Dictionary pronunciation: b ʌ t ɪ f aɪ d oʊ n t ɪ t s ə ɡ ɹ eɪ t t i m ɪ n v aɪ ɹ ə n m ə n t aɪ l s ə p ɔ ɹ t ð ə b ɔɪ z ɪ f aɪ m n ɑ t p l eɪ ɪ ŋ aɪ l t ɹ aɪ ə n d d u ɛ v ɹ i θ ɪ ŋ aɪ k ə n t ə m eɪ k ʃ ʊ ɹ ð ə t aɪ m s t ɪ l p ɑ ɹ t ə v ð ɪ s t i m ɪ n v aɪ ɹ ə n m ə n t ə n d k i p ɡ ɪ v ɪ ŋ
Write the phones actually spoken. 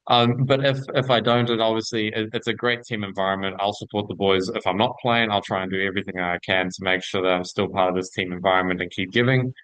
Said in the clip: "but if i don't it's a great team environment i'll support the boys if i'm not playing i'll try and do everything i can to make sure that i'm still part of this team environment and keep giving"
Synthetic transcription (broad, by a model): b ʌ t ɪ f aɪ d oʊ n t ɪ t s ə ɡ ɹ eɪ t t i m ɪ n v aɪ ɹ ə n m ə n t aɪ l s ə p ɔ ɹ t ð ə b ɔɪ z ɪ f aɪ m n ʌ t p l eɪ ɪ ŋ aɪ l t ɹ aɪ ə n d d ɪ ɛ v ɹ i θ ɪ ŋ aɪ k ə n t ə m eɪ k ʃ ʊ ɹ ð ə t aɪ m s t ɪ l p ɑ ɹ t ə v ð ɪ s t i m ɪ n v aɪ ɹ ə n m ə n t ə n k i p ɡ ɪ v ɪ ŋ